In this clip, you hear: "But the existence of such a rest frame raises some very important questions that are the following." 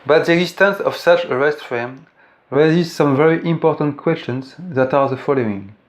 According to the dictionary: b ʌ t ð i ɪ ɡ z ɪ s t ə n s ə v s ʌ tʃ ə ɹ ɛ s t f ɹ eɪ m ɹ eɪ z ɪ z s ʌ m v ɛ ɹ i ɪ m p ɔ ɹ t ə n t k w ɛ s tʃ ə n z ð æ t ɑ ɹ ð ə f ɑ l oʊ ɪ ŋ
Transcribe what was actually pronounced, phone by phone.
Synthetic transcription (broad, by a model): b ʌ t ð i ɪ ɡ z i s t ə n s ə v s ʌ tʃ ə ɹ ɛ s t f eɪ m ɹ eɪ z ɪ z s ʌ m v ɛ ɹ i ɪ m p ɔ ɹ t ə n t k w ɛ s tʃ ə n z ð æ t ɑ ɹ ð ə f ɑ l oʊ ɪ ŋ